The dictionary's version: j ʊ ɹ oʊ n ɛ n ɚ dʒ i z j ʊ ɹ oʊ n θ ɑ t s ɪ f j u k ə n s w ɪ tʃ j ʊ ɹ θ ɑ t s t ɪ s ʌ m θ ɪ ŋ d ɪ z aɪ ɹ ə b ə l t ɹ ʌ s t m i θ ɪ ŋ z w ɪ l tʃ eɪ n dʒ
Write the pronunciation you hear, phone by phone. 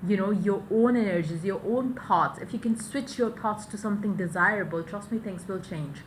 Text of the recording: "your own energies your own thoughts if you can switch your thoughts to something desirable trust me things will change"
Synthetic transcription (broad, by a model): j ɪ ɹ oʊ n ɛ n ɚ dʒ i z j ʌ ɹ oʊ n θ ɑ t s ɪ f j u k ə n s w ɪ tʃ j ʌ ɹ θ ɑ t s t ɪ s ʌ m θ ɪ ŋ d ɪ z aɪ ɹ ə b ə l t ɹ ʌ s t m i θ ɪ ŋ s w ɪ l tʃ eɪ n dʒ